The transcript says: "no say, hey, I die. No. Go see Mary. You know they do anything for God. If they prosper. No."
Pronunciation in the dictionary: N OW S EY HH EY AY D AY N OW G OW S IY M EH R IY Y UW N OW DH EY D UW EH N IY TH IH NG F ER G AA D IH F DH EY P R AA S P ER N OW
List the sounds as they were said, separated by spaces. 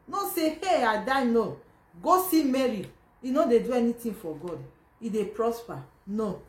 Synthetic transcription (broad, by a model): N OW S EY HH EY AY D AY N OW G OW S IY M EH R IY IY N OW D EY D UW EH N IY T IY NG F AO G AA D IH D EY P R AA S P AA N OW